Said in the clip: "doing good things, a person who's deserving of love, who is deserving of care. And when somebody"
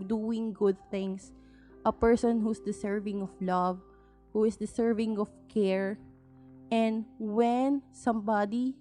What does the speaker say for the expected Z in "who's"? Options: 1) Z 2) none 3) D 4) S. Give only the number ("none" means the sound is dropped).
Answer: 4